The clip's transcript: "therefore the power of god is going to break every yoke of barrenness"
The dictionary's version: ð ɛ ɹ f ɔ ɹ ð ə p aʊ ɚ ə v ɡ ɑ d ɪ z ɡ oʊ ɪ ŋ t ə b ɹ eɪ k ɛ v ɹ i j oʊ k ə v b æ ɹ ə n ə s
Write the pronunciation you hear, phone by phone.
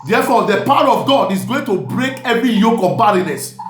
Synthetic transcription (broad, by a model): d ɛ f ɔ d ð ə p aʊ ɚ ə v ɡ ɑ d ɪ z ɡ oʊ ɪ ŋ t ə b ɹ eɪ k ɛ v ɹ i j oʊ k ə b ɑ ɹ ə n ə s